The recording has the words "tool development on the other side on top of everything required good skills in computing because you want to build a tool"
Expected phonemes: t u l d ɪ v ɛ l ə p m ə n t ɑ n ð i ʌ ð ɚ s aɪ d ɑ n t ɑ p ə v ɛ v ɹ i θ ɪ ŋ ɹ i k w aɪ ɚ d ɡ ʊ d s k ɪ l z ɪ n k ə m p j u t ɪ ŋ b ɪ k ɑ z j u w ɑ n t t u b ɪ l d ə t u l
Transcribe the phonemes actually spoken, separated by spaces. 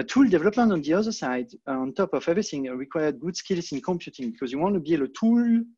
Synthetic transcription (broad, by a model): t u l d ɪ v ɛ l ə p m ə n t ɑ n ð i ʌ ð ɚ s aɪ d ɑ n t ɑ p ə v ɛ v ɹ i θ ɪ ŋ ɹ i k w aɪ ɚ d ɡ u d s k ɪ l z ɪ n k ə m p j u t ɪ ŋ b ɪ k ɑ z j u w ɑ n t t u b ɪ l ə t u l